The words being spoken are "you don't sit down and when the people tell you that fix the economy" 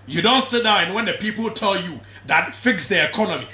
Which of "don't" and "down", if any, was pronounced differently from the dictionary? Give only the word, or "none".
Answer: down